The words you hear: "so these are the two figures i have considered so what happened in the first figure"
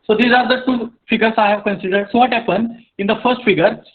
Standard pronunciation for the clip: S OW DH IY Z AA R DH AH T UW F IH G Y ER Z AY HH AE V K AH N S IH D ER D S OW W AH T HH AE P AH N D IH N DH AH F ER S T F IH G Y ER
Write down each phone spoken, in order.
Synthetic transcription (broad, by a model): S OW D IY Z AA R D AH T UW F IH G ER S AY HH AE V K AH N S IH D ER D S OW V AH T HH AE P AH N IH N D AH F ER S T F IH G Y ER